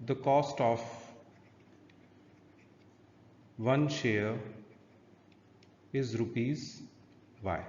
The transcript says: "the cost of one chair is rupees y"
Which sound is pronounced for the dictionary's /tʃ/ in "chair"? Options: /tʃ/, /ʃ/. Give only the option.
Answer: /ʃ/